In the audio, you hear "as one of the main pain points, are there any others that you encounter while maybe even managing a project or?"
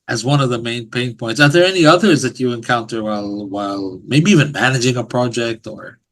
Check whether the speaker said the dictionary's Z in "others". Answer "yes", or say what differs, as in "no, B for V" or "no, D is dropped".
yes